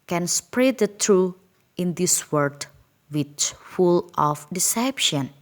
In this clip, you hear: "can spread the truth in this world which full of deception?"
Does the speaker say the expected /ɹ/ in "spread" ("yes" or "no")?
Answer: yes